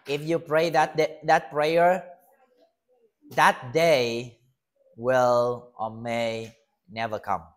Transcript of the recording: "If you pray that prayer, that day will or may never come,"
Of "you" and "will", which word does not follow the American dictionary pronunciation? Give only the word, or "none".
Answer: none